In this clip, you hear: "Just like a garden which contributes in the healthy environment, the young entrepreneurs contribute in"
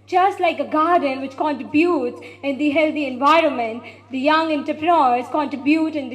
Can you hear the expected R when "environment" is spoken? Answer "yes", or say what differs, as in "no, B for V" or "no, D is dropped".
yes